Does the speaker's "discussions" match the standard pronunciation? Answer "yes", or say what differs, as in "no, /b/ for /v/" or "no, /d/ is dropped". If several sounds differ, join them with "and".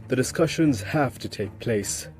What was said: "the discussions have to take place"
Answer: yes